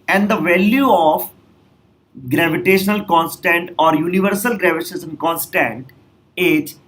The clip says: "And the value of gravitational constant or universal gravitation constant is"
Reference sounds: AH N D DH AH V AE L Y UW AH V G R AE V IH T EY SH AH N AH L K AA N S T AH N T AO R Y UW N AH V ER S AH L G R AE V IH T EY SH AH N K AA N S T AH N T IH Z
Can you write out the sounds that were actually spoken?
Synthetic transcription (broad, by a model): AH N D AH V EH L Y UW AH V G R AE V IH T EY SH AH N AH L K AA N S T AH N T AO R Y UW N AH V ER S AH L G R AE V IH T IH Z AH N K AA N S T AH N T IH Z